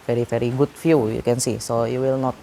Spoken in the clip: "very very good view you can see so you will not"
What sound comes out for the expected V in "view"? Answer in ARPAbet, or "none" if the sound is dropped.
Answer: F